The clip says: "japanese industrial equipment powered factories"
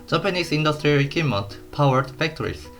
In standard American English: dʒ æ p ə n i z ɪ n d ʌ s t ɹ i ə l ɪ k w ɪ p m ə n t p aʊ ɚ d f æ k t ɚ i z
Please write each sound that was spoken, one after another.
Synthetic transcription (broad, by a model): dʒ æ p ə n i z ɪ n d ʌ s t ɹ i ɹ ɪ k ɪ m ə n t p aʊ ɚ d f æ k t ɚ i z